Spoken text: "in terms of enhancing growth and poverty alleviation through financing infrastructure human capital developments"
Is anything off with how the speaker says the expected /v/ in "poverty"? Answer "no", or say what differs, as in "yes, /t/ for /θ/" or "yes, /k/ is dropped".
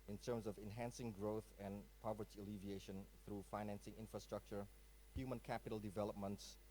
no